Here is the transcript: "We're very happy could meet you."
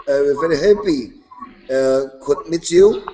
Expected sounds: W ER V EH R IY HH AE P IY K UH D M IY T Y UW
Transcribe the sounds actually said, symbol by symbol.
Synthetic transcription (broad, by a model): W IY V EH R IY HH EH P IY K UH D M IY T Y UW